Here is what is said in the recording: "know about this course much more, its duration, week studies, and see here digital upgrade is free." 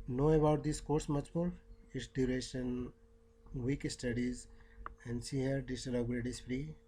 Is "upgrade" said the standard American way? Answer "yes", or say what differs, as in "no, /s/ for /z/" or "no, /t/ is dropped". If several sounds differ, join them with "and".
no, /p/ is dropped